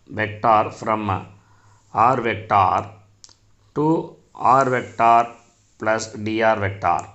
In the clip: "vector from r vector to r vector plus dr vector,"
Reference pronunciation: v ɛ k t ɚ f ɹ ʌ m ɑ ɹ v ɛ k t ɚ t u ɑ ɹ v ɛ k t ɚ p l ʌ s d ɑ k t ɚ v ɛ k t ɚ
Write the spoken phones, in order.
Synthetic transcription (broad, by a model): v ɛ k t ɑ f ɹ ʌ m ɑ ɹ v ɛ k t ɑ t u ɑ ɹ v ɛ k t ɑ p l ʌ s d ɑ t v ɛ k t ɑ